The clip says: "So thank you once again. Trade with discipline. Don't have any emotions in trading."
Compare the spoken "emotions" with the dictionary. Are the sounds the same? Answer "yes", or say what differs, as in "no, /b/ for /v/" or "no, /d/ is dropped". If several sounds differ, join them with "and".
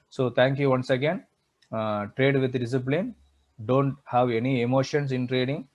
no, /s/ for /z/